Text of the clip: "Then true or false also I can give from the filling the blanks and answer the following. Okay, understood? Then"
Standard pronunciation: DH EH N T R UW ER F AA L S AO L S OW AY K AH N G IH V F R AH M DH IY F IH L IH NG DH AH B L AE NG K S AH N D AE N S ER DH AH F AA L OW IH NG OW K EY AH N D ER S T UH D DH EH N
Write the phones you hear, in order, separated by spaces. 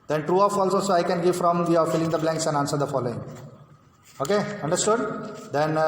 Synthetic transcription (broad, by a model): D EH N T R UW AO F AA L S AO S OW AY K AH N G IH V F R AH M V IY F IH L IH NG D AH B L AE NG K S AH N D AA N S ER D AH F AA L OW IH NG OW K EY AH N D ER S T UH D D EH N